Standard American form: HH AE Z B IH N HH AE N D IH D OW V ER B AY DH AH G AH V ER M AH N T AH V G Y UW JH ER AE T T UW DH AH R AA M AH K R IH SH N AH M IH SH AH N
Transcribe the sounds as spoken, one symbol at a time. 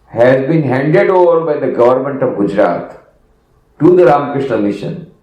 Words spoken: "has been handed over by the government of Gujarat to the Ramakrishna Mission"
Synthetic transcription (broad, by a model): HH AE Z B IH N HH AE N D IH D OW V ER B AY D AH G AH V ER M AH N T AH V G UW JH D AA T T UW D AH R AA M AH K R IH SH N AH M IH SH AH N